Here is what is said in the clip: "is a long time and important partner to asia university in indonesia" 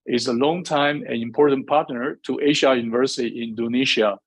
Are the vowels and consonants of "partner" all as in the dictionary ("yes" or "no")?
yes